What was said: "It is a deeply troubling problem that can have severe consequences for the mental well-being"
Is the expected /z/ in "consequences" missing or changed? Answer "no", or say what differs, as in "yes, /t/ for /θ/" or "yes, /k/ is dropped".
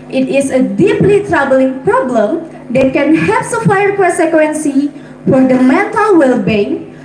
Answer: yes, /z/ is dropped